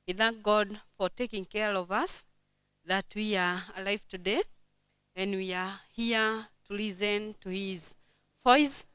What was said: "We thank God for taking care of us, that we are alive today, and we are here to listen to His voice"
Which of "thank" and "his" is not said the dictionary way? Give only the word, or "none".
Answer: none